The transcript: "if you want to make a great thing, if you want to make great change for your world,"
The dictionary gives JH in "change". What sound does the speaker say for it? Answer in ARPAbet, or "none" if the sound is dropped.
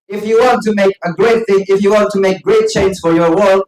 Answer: Z